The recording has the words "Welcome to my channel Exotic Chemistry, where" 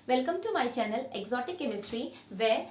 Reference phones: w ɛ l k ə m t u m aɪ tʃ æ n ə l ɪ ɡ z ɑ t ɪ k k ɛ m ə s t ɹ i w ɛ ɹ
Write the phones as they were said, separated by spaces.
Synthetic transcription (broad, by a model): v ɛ l k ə m t u m aɪ tʃ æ n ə l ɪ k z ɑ t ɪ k k ɛ m ə s t ɹ i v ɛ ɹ